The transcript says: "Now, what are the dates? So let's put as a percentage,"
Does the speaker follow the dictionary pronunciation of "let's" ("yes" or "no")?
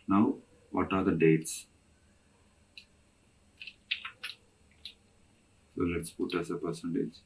yes